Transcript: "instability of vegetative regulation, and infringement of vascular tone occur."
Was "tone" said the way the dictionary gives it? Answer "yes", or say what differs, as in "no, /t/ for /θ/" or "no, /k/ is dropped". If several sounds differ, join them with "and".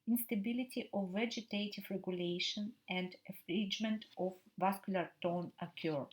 yes